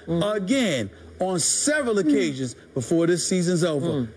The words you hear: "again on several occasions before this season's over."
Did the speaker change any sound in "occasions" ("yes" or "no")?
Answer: no